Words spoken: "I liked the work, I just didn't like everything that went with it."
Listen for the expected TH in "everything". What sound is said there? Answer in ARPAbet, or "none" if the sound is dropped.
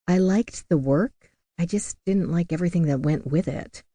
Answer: TH